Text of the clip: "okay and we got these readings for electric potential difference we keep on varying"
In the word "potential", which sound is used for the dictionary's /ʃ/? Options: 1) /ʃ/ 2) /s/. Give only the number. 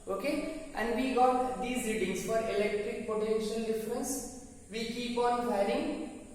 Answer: 1